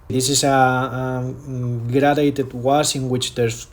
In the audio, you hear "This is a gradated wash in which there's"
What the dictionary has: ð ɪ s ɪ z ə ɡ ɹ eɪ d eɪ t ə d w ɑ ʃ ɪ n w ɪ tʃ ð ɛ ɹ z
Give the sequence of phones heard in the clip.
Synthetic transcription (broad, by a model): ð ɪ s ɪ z ə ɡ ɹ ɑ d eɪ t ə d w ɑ s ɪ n w ɪ tʃ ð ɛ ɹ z